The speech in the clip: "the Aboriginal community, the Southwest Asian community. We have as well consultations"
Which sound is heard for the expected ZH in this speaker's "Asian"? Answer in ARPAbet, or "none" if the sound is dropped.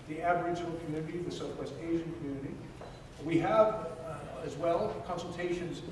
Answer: ZH